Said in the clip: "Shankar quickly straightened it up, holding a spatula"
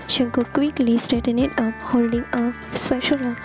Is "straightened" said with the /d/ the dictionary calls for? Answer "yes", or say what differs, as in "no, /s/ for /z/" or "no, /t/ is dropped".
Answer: no, /d/ is dropped